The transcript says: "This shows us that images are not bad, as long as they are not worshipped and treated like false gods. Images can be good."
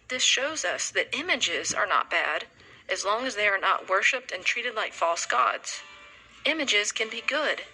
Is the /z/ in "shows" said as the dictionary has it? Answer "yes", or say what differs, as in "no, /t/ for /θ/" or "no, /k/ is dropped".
yes